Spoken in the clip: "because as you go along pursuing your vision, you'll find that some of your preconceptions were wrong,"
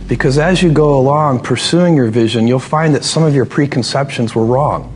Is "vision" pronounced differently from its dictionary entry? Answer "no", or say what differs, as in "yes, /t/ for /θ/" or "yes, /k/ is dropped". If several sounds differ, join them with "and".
no